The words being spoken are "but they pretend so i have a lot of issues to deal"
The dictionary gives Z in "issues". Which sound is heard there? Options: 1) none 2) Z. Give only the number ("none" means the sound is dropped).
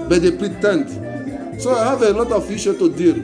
1